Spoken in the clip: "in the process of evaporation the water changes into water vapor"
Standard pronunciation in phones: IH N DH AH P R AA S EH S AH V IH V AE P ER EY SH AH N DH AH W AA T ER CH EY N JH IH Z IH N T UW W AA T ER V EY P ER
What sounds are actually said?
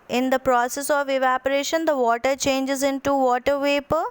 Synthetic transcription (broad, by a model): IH N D AH P R AA S EH S AH V IH V AE P ER EY SH AH N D AH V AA T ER CH EY N JH IH Z IH N T UW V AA T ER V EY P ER